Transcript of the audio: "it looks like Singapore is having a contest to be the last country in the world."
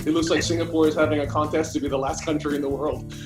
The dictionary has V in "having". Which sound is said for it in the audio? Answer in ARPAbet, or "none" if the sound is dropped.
V